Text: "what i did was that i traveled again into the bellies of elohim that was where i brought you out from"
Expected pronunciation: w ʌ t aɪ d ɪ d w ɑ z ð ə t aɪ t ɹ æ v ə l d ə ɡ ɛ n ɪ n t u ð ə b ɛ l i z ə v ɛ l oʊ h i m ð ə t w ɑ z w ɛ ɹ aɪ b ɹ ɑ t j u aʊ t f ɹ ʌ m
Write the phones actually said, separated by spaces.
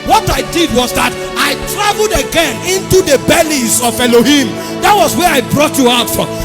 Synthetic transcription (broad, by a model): w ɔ t aɪ d ɪ d w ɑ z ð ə t aɪ t ɹ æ v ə l d ə ɡ ɛ n ɪ n t u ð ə b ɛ l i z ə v ɛ l oʊ h i m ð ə t w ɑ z w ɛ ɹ aɪ b ɹ ɑ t j u aʊ t f ɹ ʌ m